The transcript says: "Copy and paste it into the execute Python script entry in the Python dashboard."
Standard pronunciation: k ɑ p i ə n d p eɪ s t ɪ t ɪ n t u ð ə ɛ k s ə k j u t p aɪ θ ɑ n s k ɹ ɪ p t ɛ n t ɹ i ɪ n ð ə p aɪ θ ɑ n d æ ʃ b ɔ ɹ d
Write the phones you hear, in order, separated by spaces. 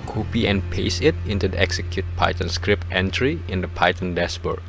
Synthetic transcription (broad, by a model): k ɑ p i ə n p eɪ s ɪ t ɪ n t u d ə ɛ k s ə k j u t p aɪ t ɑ n s k ɹ ɪ p t ɛ n t ɹ i ɪ n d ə p aɪ t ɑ n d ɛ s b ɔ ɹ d